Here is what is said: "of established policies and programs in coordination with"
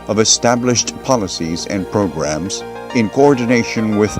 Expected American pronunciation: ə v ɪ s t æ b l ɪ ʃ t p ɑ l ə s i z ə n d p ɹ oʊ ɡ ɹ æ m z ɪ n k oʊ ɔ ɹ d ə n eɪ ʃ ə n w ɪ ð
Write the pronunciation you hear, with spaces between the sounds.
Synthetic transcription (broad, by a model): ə v ɪ s t æ b l ɪ ʃ t p ɑ l ə s i z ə n p ɹ oʊ ɡ ɹ æ m z ɪ n k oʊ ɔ ɹ d n eɪ ʃ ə n w ɪ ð